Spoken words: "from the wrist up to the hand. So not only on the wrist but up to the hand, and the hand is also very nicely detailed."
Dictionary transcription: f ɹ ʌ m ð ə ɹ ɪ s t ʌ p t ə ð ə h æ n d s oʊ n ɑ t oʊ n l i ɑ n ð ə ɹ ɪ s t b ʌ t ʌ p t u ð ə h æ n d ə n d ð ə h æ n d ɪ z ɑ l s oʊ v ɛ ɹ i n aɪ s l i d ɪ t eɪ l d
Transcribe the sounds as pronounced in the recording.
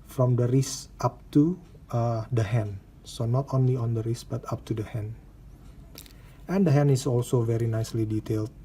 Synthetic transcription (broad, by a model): f ɹ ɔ m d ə ɹ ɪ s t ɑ p t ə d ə h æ n s oʊ n ɑ t oʊ n l i ɑ n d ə ɹ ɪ s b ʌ t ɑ p t u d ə h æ n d ə n d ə h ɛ n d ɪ s ɑ l s oʊ v ɛ ɹ i n aɪ s l i d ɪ t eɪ l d